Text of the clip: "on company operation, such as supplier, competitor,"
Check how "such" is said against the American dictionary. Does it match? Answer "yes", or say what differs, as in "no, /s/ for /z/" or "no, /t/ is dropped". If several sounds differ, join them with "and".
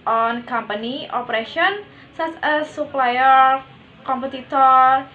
no, /s/ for /tʃ/